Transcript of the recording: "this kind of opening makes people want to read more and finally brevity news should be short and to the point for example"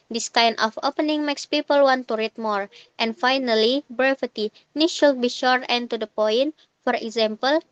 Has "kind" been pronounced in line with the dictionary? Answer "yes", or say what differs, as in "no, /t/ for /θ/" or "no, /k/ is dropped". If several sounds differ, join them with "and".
no, /d/ is dropped